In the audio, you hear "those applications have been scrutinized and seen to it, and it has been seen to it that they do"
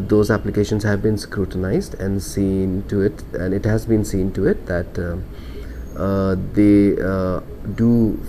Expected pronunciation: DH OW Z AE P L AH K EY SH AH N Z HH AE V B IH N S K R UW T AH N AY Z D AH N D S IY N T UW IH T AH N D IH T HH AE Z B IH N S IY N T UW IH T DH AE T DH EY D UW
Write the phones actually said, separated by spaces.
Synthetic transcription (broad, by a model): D OW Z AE P L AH K EY SH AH N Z HH AE V B IH N S K R UW T AH N AY Z D AH N D S IY N T UW IH T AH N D IH T HH AE Z B IH N S IY N T UW IH T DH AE T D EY D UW